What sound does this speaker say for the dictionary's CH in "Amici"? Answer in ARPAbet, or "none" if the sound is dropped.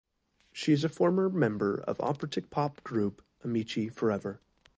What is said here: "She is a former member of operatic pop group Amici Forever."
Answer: CH